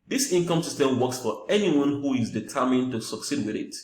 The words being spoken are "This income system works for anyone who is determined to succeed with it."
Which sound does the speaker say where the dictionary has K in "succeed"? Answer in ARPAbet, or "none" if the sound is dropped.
K